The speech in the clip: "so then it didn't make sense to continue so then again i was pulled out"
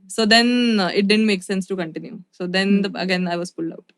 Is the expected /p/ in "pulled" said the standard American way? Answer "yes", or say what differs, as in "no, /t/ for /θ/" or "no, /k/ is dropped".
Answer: no, /f/ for /p/